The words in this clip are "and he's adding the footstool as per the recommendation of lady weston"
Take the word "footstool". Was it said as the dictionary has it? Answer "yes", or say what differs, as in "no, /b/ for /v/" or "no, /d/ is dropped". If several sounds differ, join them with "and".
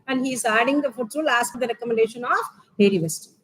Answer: no, /s/ is dropped